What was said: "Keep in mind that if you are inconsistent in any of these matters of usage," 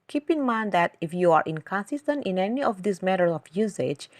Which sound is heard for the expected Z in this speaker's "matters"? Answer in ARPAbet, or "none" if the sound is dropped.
none